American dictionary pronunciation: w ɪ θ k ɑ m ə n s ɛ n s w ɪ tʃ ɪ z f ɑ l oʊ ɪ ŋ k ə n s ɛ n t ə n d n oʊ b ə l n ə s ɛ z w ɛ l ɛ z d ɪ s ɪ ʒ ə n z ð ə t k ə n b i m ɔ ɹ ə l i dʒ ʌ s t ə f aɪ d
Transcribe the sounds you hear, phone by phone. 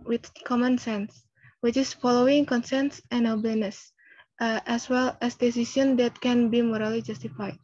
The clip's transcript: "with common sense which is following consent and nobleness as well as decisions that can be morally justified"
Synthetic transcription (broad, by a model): w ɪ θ k ɑ m ə n s ɛ n s w ɪ tʃ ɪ s f ɑ l oʊ ɪ ŋ k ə n s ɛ n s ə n n oʊ b ə l n ə s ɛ s w ɛ l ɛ s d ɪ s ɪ s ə n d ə t k ə n b i m ɔ ɹ ə l i dʒ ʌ s t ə f aɪ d